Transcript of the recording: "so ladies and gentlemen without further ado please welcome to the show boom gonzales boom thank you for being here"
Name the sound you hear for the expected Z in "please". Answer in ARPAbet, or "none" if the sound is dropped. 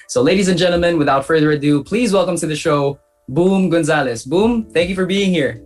Z